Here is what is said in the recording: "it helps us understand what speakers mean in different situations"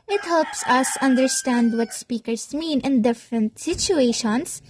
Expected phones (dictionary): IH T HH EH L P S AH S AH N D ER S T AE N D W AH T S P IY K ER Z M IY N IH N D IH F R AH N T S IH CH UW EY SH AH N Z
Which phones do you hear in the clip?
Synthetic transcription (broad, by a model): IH T HH EH L P S AH S AH N D ER S T AE N D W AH T S P IY K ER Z M IY N IH N D IH F R AH N T S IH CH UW EY SH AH N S